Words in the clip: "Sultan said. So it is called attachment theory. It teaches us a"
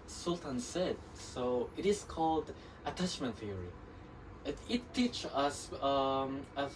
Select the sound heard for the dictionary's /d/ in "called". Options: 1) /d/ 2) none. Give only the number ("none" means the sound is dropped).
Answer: 1